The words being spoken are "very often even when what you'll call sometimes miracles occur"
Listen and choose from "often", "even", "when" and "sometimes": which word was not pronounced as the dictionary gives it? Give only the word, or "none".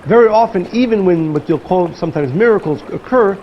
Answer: none